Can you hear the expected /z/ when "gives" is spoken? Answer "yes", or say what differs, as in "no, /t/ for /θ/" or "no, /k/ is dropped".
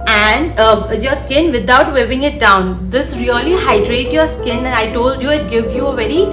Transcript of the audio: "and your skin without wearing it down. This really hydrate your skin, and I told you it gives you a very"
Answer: no, /z/ is dropped